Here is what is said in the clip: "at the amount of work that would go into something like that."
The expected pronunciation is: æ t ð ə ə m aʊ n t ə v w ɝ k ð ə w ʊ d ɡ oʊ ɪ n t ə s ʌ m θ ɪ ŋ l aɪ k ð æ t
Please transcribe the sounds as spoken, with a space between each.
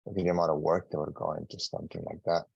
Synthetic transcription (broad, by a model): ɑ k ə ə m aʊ t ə w ɝ k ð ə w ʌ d ɡ oʊ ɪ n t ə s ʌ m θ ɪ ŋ l aɪ k ð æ t